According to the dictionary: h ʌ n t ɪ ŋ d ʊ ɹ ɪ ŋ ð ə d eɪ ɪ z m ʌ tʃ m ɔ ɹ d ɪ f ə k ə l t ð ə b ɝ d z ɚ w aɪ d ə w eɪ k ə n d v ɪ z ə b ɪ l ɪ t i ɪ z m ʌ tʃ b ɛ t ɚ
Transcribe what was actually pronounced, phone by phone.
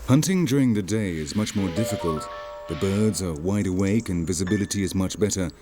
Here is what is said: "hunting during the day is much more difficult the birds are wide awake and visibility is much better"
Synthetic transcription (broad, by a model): h ʌ n t ɪ ŋ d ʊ ɹ ɪ ŋ ð ə d eɪ ɪ z m ʌ tʃ m ɔ ɹ d ɪ f ə k ə l t ð ə b ɝ d z ɚ w aɪ d ə w eɪ k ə n v ɪ z ə b ɪ l ɪ t i ɪ z m ʌ tʃ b ɛ t ɚ